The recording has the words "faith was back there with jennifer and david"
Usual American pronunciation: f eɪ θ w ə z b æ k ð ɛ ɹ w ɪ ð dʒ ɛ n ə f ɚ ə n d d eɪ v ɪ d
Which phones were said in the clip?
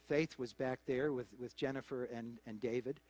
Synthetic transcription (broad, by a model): f eɪ θ w ə z b æ k ð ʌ ɹ w ɪ ð dʒ ɛ n ə f ɚ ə n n d eɪ v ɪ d